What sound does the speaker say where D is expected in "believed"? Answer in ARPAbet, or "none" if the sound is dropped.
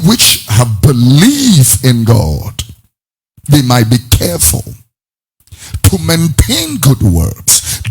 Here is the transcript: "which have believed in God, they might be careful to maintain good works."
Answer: none